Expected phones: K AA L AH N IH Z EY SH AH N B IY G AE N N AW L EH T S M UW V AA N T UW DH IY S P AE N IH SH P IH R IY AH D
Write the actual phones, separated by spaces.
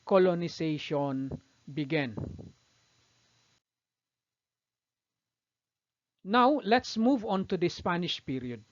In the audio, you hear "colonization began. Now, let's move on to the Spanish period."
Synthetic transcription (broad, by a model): K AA L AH N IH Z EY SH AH N B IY G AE N N AW L EH T S M UW V AA N T UW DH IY S P AE N IH SH P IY R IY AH D